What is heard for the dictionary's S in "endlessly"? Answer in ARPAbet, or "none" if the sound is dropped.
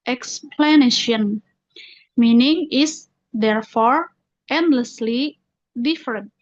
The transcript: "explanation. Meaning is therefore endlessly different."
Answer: S